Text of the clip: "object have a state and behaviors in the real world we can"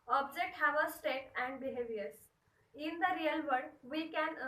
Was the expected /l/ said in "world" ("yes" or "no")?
no